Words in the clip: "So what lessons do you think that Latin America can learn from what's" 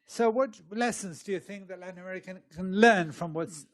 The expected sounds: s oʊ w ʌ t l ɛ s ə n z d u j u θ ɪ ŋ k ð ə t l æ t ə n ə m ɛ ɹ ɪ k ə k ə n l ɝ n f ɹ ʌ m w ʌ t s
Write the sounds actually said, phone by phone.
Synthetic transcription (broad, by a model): s oʊ w ʌ t l ɛ s ə n z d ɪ j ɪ θ ɪ ŋ k ð ə t l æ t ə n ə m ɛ ɹ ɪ k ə k ə n l ɝ n f ɹ ʌ m w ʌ t s